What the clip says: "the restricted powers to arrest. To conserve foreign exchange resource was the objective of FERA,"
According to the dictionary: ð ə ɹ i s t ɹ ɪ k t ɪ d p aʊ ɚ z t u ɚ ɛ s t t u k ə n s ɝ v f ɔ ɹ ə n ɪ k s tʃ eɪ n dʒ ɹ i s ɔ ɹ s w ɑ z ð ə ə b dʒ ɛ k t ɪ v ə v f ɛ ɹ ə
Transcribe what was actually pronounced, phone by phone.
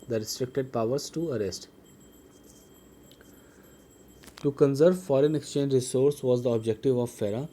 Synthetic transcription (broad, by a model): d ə ɹ i s t ɹ ɪ k t ɪ d p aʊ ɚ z t u ɚ ɛ s t t u k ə n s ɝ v f ɔ ɹ ə n ɪ k s tʃ eɪ n dʒ ɹ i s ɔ ɹ s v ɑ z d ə ə b dʒ ɛ k t ɪ v ə v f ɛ ɹ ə